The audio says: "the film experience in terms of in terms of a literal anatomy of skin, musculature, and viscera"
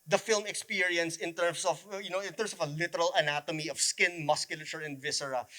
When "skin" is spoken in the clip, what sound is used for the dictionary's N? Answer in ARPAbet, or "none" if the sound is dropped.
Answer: N